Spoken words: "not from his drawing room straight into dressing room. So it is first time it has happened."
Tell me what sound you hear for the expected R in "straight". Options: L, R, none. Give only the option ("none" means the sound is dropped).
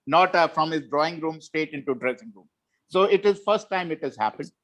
none